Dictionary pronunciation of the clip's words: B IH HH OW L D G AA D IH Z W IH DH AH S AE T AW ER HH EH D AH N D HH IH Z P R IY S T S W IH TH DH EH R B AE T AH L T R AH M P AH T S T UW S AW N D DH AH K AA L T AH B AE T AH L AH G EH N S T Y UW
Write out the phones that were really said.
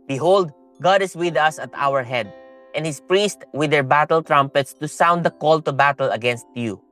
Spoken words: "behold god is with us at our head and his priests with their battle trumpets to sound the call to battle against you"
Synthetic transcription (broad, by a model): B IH HH OW L D G AA D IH S W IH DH AH S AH T AW ER HH EH D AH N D HH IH S P R IY S T W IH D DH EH R B AE T AH L T R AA M P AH T S T UW S AW N D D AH K AA L T AH B AE T AH L AH G EH N S T Y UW